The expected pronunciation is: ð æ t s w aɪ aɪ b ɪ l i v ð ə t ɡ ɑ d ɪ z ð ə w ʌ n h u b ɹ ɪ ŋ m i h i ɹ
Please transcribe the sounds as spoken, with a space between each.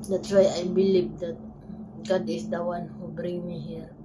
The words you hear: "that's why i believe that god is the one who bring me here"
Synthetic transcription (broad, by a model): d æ t s w aɪ aɪ b ɪ l i v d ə t ɡ ɑ d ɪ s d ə w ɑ n h u b ɹ ɪ ŋ m i h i ɹ